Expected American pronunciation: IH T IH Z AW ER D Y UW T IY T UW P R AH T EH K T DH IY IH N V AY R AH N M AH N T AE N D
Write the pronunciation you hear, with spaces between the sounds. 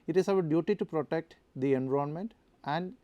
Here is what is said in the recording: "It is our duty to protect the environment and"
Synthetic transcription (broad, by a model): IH T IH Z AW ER D Y UW T IY T UW P R AH T EH K T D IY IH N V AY AH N M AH N T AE N D